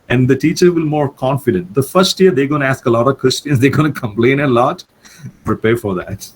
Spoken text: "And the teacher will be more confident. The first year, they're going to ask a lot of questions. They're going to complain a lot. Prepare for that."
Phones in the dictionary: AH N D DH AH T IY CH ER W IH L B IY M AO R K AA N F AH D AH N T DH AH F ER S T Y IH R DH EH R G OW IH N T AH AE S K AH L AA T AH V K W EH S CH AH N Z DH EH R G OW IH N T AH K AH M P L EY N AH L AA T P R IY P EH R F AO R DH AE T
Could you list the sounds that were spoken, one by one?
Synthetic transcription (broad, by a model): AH N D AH T IY CH ER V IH L M AO R K AA N F AH D AH N T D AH F ER S T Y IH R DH EH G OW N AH AE S K AH L AA T AH V K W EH S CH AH N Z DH EH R G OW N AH K AH M P L EY N AH L AA T P R IY P EH R F AO R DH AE T